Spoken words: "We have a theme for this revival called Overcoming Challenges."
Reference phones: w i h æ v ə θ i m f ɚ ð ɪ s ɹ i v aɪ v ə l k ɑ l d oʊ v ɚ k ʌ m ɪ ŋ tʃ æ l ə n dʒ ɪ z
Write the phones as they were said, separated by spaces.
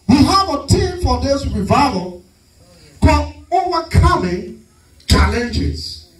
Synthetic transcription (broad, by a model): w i h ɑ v ə t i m f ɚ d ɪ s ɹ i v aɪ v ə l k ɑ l oʊ v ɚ k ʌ m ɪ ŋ tʃ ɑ l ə n dʒ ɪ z